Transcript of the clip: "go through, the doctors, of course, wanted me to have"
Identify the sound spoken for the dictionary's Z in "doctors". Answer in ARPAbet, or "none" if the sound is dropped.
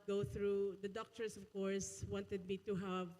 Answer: S